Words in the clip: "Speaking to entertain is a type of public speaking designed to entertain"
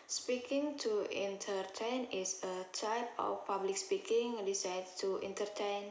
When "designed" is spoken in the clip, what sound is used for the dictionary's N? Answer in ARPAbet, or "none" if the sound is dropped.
none